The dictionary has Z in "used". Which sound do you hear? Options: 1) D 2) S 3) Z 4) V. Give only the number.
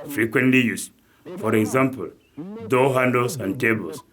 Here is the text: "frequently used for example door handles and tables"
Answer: 2